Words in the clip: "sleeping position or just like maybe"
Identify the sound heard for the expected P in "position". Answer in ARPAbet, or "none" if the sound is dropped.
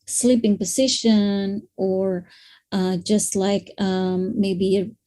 P